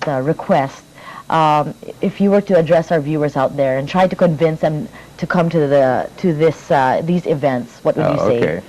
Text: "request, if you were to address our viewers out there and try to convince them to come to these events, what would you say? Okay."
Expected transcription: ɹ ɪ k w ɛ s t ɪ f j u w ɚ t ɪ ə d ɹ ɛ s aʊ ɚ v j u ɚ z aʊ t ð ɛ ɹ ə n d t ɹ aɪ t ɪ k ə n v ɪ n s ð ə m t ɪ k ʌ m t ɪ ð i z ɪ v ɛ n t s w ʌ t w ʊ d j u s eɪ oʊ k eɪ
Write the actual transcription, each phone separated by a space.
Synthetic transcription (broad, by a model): ɹ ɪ k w ɛ s t ɪ f j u w ɚ t ɪ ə d ɹ ɛ s aʊ ɚ v j u ɚ z aʊ t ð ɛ ɹ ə n t ɹ aɪ t ɪ k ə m v ɪ n s ð ə m t ɪ k ʌ m t ɪ ð i z ɪ v ɛ n t s w ʌ t w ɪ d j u s eɪ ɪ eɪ